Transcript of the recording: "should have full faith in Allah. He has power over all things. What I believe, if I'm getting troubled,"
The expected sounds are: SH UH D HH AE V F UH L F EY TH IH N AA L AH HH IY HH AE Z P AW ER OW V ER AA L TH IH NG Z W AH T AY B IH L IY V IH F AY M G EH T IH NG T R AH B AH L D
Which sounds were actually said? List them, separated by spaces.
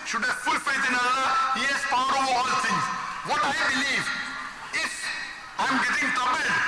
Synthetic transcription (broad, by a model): SH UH D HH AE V F UH L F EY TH IH N AA L AH HH IY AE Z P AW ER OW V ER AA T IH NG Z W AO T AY B IH L IY V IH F AY M G EH T IH NG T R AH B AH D